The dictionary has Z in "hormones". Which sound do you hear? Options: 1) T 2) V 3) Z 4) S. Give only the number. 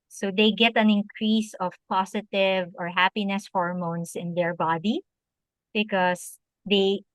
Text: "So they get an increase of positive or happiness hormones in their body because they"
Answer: 4